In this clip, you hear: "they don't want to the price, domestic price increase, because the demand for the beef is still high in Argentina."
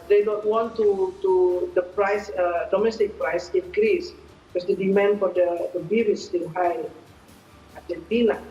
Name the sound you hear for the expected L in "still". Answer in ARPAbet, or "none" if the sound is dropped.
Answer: N